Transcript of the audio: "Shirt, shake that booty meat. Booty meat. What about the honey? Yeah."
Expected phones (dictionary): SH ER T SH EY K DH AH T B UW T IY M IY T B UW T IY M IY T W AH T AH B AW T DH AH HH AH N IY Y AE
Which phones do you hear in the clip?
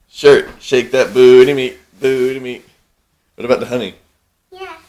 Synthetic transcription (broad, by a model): SH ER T SH EY K DH AH T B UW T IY M IY T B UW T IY M IY T W AH T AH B AW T DH AH HH AH N IY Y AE